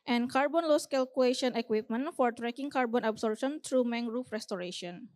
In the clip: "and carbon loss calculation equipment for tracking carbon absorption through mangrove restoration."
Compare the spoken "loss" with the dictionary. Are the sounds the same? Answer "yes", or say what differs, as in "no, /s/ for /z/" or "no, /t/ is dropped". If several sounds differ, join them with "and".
yes